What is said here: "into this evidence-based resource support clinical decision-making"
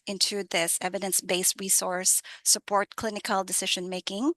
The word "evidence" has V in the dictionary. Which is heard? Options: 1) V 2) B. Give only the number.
1